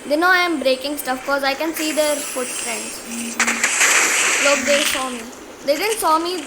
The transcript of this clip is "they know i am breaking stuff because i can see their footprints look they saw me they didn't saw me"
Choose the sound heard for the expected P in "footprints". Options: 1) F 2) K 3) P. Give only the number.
1